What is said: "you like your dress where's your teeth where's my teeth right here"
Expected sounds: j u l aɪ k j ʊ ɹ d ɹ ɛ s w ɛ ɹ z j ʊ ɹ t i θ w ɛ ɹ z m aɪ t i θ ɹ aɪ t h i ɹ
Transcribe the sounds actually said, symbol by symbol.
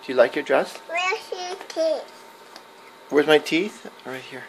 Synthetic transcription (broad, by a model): j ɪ l aɪ k j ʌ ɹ d ɹ ɛ s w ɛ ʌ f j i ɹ t i θ w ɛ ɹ z m aɪ t i θ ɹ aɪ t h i ɹ